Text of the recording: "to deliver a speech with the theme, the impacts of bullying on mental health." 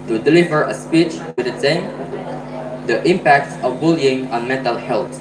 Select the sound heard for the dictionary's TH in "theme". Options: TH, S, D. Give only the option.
S